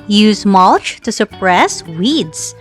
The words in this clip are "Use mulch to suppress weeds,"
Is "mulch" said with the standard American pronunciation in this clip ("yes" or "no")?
yes